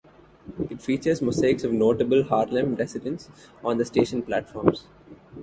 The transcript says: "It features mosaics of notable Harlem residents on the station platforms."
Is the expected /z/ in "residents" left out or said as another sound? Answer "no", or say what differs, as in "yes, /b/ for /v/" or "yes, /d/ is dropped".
yes, /s/ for /z/